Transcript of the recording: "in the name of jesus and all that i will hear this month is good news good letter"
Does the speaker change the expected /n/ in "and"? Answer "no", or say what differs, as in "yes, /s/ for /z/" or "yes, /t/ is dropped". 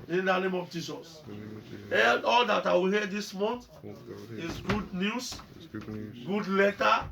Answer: yes, /l/ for /n/